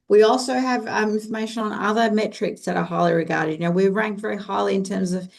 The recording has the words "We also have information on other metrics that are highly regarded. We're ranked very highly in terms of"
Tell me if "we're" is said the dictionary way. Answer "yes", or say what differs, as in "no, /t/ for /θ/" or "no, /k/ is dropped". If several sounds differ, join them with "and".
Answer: no, /w/ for /ɹ/